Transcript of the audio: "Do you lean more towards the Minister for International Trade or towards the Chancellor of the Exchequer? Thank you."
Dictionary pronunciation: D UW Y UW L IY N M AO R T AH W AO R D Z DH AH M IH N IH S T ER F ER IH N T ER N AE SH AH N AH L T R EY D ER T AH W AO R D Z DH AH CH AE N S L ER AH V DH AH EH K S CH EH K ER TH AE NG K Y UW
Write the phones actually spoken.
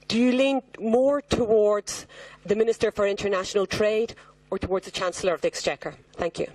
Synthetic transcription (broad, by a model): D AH Y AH L IY N M AO R T AH W AO R D Z DH AH M IH N IH S T ER F ER IH N T ER N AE SH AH N AH L T R EY D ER T AH W AO R D Z DH AH CH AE N S L ER AH V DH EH K S CH EH K ER TH AE NG K Y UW